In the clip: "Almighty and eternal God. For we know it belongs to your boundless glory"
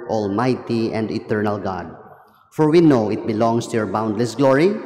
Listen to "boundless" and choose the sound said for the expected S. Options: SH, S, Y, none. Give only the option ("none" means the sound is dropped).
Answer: S